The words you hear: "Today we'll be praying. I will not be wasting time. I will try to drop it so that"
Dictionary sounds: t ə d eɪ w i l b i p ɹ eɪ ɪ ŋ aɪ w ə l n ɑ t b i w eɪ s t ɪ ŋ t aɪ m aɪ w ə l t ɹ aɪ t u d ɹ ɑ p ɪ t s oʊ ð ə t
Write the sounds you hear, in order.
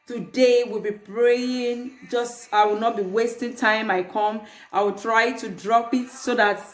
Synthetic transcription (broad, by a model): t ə d eɪ w i l b i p ɹ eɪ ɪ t aɪ w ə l n ɑ t b i w eɪ s t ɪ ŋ t aɪ m aɪ w ə l t ɹ aɪ t u d ɹ ɑ p ɪ t s oʊ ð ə t